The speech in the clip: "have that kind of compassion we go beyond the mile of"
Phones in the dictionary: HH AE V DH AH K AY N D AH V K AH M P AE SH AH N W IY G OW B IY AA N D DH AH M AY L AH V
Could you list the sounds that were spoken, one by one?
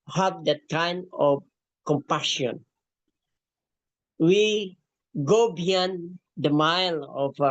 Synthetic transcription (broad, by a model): HH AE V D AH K AY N AH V K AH M P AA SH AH N W IY G OW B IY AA N D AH M AY L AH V